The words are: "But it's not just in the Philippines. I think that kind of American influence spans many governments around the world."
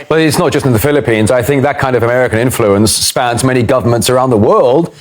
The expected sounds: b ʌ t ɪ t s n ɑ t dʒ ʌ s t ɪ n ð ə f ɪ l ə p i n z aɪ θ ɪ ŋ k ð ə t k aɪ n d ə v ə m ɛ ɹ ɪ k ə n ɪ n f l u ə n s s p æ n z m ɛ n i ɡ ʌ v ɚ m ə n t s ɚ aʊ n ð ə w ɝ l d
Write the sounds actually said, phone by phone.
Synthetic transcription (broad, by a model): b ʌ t ɪ t s n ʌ t dʒ ʌ s t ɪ n ð ə f ɪ l ə p i n z aɪ θ ɪ ŋ k ð ə t k aɪ n d ə v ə m ɛ ɹ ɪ k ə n ɪ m f l u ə n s s p æ n z m ɛ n i ɡ ʌ v ɚ m ə n t s ɚ aʊ n ð ə w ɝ l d